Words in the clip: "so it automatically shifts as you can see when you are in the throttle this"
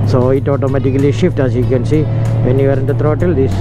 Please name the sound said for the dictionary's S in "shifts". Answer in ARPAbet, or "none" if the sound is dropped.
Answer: none